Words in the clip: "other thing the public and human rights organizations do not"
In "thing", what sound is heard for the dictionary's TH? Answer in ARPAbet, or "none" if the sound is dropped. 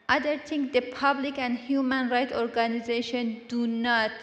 T